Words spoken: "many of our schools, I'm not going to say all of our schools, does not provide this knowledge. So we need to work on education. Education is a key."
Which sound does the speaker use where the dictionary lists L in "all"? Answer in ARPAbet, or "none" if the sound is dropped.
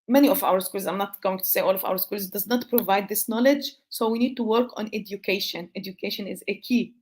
L